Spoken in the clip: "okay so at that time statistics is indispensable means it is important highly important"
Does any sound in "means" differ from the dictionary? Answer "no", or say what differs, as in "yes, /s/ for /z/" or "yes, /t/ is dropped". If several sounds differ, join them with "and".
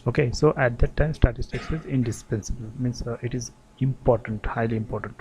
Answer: yes, /s/ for /z/